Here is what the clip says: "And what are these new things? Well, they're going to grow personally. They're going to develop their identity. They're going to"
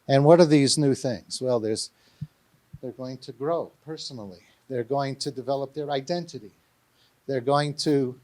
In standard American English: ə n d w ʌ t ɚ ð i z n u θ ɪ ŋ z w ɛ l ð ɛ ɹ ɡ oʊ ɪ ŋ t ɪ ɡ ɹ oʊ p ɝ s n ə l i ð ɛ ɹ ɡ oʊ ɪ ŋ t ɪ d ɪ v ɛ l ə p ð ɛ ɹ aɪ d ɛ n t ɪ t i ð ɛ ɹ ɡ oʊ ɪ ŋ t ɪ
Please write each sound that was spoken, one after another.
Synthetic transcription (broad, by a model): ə n w ʌ t ɚ ð i z n u θ ɪ ŋ z w ɛ l ð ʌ ɹ ɡ oʊ ɪ ŋ t ɪ ɡ ɹ oʊ p ɝ s n l i ð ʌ ɹ ɡ oʊ ɪ ŋ t ɪ d ɪ v ɛ l ə p ð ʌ ɹ aɪ d ɛ n t ɪ t i ð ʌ ɹ ɡ oʊ ɪ ŋ t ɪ